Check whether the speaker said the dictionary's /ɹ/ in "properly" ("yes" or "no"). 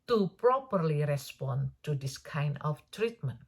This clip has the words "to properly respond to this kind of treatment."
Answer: yes